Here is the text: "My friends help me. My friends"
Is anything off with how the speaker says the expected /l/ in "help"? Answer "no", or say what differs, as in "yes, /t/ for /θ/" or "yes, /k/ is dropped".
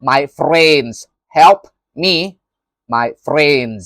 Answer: no